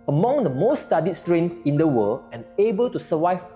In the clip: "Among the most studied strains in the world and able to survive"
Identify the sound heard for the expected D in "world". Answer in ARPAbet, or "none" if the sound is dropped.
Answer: none